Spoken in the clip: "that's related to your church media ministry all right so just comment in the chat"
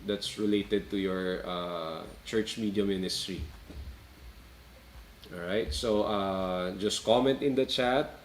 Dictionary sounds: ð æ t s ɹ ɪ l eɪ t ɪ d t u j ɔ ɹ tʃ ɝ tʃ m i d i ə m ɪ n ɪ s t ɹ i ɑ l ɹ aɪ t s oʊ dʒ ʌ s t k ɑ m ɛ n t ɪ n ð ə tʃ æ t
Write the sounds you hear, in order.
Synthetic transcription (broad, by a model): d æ t s ɹ ɪ l eɪ t ɪ d t u j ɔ ɹ tʃ ɝ tʃ m i d i ə m ɪ n ɪ s t ɹ i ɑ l ɹ aɪ t s oʊ dʒ ʌ s t k ɑ m ɛ n t ɪ n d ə tʃ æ t